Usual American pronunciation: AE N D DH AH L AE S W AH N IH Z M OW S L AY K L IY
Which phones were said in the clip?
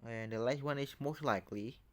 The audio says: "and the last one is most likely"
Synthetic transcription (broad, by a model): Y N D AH L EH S W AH N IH S M OW S L AY K L IY